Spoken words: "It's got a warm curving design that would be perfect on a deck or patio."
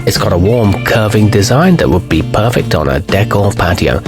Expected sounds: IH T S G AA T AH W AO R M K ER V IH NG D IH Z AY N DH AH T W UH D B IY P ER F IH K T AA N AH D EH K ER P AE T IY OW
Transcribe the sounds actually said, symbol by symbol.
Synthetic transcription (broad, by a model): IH T S G AA T AH W AO R M K ER V IH NG D IH Z AY N DH AH T W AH D B IY P ER F IH K T N AH D EH K ER P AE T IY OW